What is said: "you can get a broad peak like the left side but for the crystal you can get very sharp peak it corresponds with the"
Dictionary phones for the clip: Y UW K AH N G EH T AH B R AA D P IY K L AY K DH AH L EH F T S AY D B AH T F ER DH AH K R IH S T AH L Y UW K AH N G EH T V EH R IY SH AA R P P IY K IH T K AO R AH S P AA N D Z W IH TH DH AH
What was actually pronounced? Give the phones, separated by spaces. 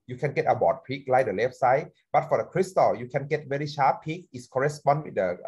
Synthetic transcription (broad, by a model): Y UW K AH N G EH T AH B AA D P IY K L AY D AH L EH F S AY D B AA T F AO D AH K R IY S T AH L Y UW K AH N G EH T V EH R IY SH AA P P IY K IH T K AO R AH S P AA N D W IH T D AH